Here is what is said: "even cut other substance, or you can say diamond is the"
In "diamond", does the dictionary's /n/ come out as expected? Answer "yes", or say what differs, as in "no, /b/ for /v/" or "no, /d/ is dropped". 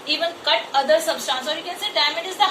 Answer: no, /n/ is dropped